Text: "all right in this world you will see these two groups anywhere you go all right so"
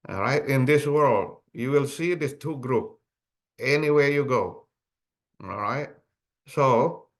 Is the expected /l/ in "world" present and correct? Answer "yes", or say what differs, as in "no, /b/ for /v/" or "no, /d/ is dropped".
yes